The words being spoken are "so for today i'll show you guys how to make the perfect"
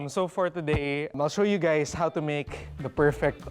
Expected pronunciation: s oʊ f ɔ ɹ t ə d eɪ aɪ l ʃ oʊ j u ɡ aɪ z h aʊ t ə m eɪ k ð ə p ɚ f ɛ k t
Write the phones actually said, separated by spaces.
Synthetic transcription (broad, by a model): s oʊ f ɔ ɹ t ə d eɪ aɪ l ʃ oʊ j u ɡ aɪ s h aʊ t ə m eɪ k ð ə p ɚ f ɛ k t